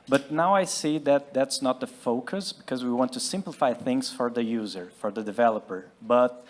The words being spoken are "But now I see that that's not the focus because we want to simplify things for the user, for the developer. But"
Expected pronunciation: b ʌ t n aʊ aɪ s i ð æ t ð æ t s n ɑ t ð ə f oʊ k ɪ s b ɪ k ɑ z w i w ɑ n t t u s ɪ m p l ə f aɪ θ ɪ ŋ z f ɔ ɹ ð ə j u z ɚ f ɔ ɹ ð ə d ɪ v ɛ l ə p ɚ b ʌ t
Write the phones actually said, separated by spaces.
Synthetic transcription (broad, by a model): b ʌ t n aʊ aɪ s i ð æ t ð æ t s n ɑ t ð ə f oʊ k ɪ s b ɪ k ɑ z w i w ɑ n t t u s ɪ m p l ə f aɪ θ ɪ ŋ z f ɔ ɹ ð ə j u z ɚ f ɔ ɹ ð ə d ɪ v ɛ l ə p ɚ b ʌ t